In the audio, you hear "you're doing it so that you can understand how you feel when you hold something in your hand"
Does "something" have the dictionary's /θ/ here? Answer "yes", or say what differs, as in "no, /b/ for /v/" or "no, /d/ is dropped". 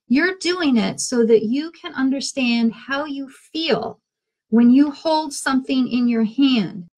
yes